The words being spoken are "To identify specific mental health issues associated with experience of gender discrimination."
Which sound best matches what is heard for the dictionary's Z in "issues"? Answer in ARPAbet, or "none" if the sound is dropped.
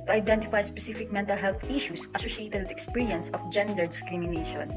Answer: S